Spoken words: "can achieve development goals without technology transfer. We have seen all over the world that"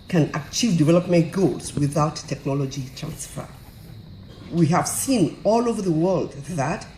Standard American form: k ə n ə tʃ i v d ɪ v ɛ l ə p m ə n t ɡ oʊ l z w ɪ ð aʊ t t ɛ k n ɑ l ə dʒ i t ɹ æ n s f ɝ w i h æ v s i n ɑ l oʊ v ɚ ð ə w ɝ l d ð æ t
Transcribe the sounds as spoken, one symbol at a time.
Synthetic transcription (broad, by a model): k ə n ə tʃ i v d ɪ v ɛ l ə p m ə n t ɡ oʊ l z w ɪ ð aʊ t t ɛ k n ɑ l ə dʒ i t ɹ æ n s f ɝ w i h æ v s i n ɑ l oʊ v ɚ ð ə w ɝ l d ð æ t